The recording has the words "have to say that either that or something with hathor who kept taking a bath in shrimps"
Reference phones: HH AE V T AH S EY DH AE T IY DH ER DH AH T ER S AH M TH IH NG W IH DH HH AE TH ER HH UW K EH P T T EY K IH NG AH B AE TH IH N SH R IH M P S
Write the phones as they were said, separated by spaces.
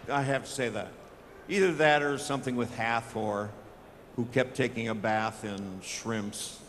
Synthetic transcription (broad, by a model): HH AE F T AH S EY DH AE T IY DH ER DH AH T ER S AH M TH IH NG W IH DH HH AE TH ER HH UW K EH P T T EY K IH NG AH B AE TH IH N SH R IH M P S